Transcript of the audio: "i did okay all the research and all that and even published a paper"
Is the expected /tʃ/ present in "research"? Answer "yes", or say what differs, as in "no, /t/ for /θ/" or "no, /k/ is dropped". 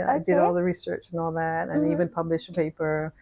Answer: yes